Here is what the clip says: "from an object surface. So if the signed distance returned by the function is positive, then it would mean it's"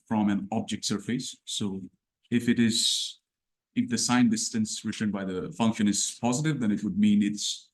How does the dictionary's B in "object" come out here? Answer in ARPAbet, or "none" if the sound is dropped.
B